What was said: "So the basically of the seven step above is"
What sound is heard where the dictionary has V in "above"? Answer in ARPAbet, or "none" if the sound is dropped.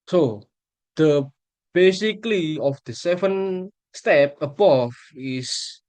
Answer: F